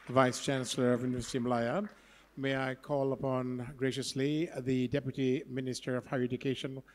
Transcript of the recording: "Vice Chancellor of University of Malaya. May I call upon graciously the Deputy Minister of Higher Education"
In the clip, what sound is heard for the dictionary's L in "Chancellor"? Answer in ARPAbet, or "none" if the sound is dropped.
L